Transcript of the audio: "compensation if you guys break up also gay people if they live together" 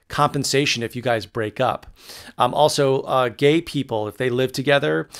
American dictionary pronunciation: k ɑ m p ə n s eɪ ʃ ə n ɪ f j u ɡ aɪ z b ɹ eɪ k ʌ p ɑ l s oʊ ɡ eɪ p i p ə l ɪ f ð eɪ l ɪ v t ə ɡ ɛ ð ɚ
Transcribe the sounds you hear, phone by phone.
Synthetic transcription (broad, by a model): k ɑ m p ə n s eɪ ʃ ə n ɪ f j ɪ ɡ aɪ z b ɹ eɪ k ʌ p ɑ l s oʊ ɡ eɪ p i p l ɪ f ð eɪ l ɪ v t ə ɡ ɛ ð ɚ